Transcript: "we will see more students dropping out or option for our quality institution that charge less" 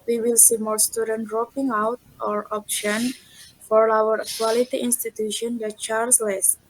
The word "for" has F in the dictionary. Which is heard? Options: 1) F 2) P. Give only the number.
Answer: 1